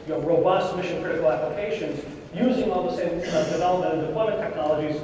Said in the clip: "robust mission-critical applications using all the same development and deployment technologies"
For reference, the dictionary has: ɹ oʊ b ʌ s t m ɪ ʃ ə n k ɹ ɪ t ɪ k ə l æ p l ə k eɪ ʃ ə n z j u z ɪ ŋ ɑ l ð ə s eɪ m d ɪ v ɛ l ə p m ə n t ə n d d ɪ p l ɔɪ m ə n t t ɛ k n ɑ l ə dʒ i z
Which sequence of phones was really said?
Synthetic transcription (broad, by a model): ɹ oʊ b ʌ s t m ɪ ʃ ə n k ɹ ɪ t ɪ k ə l æ p l ə k eɪ ʃ ə n z j u z ɪ ŋ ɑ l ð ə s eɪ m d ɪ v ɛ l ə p ə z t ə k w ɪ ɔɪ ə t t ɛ k n ɑ l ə dʒ i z